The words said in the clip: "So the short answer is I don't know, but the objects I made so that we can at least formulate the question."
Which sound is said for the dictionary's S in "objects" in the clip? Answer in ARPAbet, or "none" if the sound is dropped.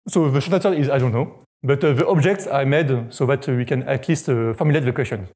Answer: S